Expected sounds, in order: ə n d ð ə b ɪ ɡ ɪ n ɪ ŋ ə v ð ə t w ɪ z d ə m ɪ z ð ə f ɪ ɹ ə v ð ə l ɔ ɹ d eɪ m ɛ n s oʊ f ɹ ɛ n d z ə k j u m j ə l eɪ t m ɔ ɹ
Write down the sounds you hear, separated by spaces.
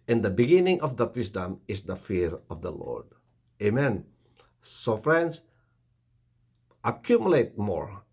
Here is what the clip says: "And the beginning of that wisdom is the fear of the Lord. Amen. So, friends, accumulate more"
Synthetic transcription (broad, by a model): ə n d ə b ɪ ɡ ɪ n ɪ ŋ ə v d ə t w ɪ s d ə m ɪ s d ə f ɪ ɹ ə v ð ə l ɔ ɹ d eɪ m ɛ n s oʊ f ɹ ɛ n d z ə k j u m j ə l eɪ t m ɔ ɹ